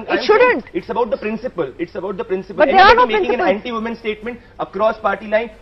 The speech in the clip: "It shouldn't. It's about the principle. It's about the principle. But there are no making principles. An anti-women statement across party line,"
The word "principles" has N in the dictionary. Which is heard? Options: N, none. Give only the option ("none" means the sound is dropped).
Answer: none